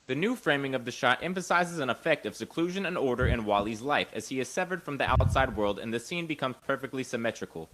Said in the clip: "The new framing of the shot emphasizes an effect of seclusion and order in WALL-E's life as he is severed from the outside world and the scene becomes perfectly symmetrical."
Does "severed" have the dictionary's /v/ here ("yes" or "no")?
yes